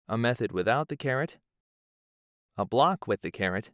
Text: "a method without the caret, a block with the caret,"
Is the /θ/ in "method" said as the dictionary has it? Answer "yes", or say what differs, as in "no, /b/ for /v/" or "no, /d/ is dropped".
yes